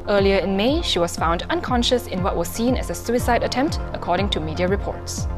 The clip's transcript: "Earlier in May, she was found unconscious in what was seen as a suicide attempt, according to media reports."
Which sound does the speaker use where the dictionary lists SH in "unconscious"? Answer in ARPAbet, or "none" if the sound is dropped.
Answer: SH